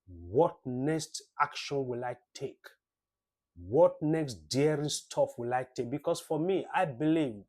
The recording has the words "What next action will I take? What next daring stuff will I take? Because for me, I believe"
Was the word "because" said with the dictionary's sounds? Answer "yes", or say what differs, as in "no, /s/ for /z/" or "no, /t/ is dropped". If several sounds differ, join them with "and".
no, /s/ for /z/